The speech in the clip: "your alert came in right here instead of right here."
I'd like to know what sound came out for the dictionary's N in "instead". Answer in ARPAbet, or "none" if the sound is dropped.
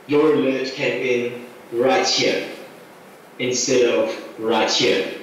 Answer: N